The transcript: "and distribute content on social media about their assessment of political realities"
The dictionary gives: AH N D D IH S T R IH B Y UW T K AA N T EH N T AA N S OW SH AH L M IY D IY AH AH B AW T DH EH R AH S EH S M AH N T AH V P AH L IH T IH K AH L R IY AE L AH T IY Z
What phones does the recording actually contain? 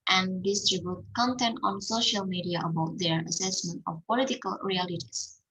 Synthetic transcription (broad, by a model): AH N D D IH S T R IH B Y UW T K AA N T EH N T AA N S OW SH AH L M IY D IY AH AH B AW T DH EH R AH S EH S M AH N T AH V P AH L IH T IH K AH L R IY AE L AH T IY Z